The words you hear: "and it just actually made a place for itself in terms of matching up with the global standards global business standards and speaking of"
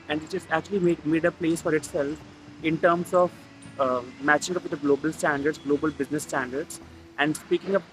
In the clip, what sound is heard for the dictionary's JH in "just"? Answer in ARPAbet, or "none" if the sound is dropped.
CH